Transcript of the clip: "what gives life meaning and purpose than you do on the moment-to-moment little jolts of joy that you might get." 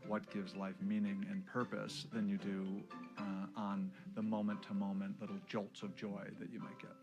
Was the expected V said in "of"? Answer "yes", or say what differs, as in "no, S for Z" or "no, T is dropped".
yes